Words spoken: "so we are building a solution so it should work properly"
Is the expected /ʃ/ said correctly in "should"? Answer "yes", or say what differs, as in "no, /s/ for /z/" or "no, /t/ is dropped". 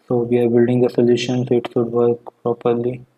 no, /s/ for /ʃ/